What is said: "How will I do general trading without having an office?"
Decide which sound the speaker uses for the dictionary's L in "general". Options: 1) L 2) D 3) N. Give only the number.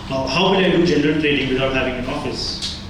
3